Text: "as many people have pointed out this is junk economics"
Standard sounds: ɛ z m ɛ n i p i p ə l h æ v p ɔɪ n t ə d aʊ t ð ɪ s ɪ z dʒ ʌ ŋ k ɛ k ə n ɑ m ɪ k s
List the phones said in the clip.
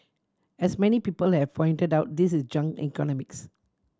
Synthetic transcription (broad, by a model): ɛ s m ɛ n i p i p ə l h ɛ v p ɔɪ n t ə d aʊ t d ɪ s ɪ s dʒ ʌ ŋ ɛ k ə n ɑ m ɪ k s